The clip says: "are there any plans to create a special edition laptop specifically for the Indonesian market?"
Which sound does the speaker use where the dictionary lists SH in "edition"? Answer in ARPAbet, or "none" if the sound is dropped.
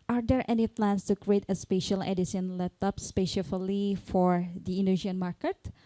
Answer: S